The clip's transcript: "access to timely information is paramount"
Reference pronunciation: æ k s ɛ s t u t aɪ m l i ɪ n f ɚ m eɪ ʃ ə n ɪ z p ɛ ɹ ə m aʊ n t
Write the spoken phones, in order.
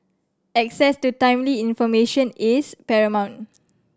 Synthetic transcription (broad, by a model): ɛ k s ɛ s t u t aɪ m l i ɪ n f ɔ m eɪ ʃ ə n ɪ s p ɛ ɹ ə m aʊ n t